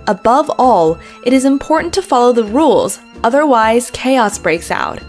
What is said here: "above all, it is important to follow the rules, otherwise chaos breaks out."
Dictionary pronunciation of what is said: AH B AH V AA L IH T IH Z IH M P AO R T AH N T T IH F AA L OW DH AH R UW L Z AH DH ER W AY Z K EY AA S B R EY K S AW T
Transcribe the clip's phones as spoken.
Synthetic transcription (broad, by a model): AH B AH V AA L IH T IH Z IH M P AO R T N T T IH F AA L OW DH AH R UW L Z AH DH ER W AY Z K EY AA S B R EY K S AW T